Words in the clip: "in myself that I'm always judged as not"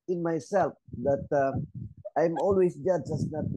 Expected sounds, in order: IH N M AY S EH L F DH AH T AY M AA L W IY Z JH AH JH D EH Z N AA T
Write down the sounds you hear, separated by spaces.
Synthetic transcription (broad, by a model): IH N M AY S EH L F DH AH T AY M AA L W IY S JH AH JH AA S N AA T